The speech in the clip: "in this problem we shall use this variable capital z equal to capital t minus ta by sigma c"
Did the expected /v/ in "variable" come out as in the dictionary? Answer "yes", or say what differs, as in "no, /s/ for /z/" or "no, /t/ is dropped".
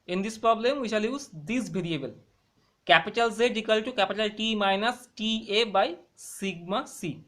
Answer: no, /b/ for /v/